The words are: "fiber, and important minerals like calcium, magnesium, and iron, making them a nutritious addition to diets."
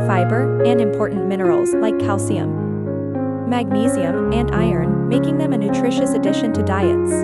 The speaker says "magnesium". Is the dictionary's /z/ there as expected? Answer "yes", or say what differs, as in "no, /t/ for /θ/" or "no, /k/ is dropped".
yes